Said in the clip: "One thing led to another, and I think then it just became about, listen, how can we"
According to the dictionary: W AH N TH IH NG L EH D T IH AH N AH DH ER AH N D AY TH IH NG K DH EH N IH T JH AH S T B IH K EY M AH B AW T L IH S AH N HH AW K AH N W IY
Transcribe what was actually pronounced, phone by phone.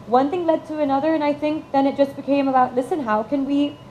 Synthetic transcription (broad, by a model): W AH N TH IH NG L EH D T IH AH N AH DH ER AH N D AY TH IH NG K DH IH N IH T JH AH S B IH K EY M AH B AW T L IH S AH N HH AW K AH N W IY